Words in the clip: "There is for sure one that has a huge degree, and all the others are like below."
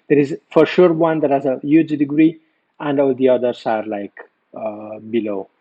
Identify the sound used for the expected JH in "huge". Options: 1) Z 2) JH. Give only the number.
2